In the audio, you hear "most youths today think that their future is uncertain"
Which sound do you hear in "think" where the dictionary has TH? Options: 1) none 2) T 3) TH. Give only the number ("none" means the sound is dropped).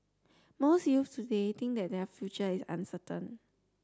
2